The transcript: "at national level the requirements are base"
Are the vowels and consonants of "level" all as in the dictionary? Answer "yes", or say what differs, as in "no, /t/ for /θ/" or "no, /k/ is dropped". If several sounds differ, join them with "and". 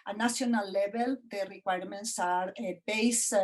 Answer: no, /b/ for /v/